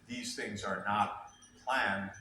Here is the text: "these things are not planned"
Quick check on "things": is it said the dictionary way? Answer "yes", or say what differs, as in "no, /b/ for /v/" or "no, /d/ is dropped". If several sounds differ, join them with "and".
yes